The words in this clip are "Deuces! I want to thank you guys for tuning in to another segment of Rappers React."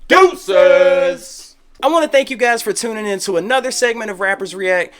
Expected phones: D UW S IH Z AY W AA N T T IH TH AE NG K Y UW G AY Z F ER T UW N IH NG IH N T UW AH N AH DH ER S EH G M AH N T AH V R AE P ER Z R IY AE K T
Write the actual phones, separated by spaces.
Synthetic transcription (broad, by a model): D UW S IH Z AY W AA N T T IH TH AE NG K Y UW G AY Z F ER T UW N IH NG IH N T UW AH N AH DH ER S EH G M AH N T AH V R AE P ER Z R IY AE K T